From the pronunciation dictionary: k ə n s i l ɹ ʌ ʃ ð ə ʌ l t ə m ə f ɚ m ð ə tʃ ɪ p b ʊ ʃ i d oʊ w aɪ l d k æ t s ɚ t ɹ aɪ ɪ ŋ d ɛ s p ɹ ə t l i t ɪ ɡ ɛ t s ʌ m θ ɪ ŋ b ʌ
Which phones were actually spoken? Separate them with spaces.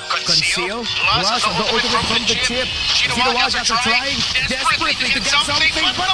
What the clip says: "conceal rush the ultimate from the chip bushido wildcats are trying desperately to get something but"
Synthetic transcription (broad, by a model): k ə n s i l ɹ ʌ s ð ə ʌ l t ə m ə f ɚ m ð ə tʃ ɪ p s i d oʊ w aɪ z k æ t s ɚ t ɹ aɪ ɪ ŋ d ɛ s p ɹ ə t l i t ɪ ɡ ɛ t s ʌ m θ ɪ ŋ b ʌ